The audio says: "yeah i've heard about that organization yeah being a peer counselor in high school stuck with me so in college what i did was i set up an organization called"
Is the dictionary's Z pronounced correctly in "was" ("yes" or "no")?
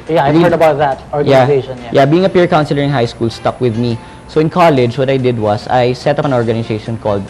no